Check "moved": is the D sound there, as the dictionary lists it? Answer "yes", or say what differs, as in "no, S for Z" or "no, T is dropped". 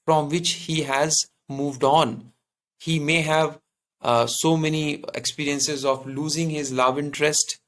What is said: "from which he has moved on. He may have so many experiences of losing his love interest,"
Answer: yes